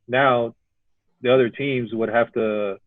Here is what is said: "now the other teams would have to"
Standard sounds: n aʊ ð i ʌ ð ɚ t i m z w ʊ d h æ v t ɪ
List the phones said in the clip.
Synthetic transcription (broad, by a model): n aʊ ð i ʌ ð ɚ t i m z w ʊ d h æ f t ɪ